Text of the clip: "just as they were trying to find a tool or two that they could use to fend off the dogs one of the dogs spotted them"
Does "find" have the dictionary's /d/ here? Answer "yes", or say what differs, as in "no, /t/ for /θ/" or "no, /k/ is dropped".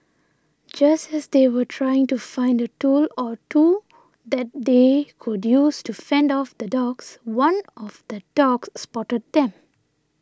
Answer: yes